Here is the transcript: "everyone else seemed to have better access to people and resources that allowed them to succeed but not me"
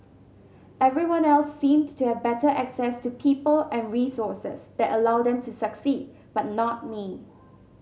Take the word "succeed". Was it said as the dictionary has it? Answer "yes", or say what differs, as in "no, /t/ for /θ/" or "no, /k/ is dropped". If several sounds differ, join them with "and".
yes